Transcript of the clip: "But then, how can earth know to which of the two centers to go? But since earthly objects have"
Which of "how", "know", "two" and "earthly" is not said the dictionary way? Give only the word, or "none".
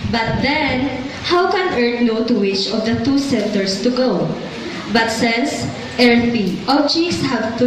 earthly